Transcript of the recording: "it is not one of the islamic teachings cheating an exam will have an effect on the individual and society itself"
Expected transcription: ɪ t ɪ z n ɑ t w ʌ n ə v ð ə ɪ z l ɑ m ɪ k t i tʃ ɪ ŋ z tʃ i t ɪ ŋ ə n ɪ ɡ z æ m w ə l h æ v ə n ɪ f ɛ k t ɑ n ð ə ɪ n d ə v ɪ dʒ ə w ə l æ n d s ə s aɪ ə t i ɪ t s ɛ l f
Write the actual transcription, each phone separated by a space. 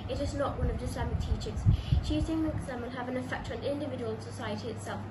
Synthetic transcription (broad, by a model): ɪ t ɪ z n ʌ t w ʌ n ə v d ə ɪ s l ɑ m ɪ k t i tʃ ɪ z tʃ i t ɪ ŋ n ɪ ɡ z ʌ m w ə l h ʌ v ə n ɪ f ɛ k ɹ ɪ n ɪ n d ə v ɪ dʒ ə w ə l s ə s aɪ ə t i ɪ t s ɛ l f